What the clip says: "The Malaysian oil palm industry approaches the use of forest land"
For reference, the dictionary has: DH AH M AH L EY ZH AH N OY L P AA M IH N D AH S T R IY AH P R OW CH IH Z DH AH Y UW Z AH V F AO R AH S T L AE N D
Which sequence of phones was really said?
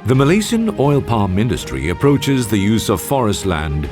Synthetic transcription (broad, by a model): DH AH M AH L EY S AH N OY L P AA M IH N D AH S T R IY AH P R OW CH IH Z DH AH Y UW Z AH V F AO R AH S T L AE N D